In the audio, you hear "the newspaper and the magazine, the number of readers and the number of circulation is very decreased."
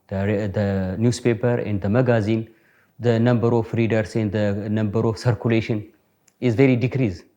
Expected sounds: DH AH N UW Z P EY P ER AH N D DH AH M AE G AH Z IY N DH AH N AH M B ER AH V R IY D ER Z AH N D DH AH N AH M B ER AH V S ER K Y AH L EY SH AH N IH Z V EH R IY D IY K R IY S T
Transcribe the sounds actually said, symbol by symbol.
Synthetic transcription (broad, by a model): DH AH N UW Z P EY P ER AH N D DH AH M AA G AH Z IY N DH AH N AH M B ER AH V R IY D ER S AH N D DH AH N AH M B ER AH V S ER K Y AH L EY SH AH N IH Z V EH R IY D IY K R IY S